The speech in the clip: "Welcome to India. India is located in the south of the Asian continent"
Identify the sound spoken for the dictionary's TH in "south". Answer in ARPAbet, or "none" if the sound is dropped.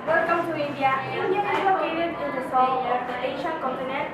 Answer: T